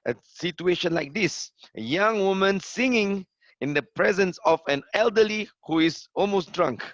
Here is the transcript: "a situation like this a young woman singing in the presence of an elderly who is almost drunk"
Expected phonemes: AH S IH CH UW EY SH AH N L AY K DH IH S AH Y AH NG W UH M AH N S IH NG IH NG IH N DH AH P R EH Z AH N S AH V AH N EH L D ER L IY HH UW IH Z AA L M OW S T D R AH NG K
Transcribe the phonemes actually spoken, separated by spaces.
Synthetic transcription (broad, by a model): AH S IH CH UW EY SH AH N L AY K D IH S AH Y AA NG W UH M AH N S IH NG IH NG IH N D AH P R EH Z AH N S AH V AH N EH L D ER L IY HH UW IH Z AA L M OW S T D R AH NG K